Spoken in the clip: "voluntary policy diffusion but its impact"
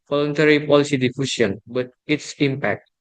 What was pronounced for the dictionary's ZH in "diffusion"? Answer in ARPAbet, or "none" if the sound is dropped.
S